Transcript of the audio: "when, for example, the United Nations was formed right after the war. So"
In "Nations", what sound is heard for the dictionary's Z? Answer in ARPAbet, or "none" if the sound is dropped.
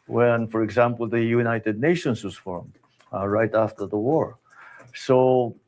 S